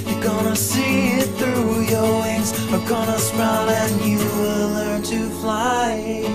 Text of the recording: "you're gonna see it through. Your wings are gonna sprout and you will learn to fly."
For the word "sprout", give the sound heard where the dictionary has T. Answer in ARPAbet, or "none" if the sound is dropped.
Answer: none